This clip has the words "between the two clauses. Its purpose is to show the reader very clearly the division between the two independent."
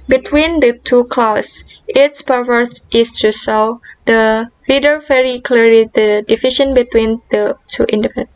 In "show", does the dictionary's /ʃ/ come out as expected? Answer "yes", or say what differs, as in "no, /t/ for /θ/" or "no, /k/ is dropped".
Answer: no, /s/ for /ʃ/